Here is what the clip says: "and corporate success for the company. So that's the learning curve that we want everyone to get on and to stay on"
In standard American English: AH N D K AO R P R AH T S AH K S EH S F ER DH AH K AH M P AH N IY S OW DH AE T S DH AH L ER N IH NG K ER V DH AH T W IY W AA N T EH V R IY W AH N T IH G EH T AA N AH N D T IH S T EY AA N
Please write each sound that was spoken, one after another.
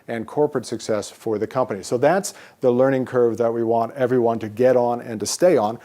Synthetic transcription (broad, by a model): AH N K AO R P R AH T S AH K S EH S F ER DH AH K AH M P AH N IY S OW DH AE T S DH AH L ER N IH NG K ER V DH AH T W IY W AA N T EH V R IY W AH N T IH G EH T N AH N T IH S T EY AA N